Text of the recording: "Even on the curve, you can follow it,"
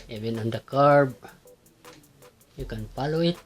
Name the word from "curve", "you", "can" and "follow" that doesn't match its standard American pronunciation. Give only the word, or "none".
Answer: curve